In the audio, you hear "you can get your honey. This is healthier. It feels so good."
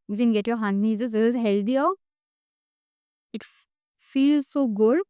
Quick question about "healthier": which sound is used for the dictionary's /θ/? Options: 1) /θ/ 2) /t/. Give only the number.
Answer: 2